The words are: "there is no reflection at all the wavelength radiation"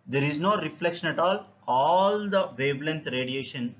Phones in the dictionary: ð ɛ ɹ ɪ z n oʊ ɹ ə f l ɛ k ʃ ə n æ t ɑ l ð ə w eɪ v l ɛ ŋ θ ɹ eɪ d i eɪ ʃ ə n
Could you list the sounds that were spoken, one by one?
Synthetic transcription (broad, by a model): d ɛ ɹ ɪ z n oʊ ɹ ə f l ɛ k ʃ ə n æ t ɑ l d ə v eɪ b l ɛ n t ɹ eɪ d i eɪ ʃ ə n